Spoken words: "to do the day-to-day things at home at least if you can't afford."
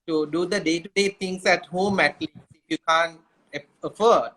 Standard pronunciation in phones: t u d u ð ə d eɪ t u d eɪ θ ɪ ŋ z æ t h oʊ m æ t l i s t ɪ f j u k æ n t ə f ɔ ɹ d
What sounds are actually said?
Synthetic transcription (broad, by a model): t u d u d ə d eɪ t u d eɪ t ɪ ŋ s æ t h oʊ m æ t l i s ɪ f j u k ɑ n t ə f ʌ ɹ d